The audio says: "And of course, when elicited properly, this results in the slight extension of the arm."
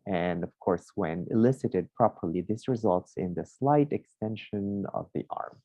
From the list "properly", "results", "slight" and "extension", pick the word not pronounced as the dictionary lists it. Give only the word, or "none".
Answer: none